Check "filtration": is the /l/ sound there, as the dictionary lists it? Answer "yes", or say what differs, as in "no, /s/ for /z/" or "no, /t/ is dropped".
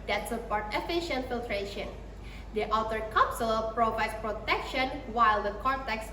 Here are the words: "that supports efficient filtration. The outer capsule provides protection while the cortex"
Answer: yes